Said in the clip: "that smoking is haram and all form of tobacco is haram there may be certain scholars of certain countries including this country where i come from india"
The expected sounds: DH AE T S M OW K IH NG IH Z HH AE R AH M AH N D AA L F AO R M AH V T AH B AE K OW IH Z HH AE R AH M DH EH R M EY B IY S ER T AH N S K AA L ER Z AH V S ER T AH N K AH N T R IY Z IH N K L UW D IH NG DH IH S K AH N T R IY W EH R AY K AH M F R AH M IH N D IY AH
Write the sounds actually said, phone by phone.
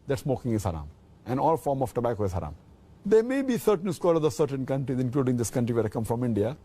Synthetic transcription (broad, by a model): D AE T S M OW K IH NG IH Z HH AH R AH M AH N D AA L F AO R M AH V T AH B AE K OW IH Z HH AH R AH M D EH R M EY B IY S ER T AH N S K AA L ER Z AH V S ER T AH N K AH N T R IY Z IH N K L UW D IH NG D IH S K AH N T R IY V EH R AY K AH M F R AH M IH N D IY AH